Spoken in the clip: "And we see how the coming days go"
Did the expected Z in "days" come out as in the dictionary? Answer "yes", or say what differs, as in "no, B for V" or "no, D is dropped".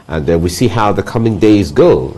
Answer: yes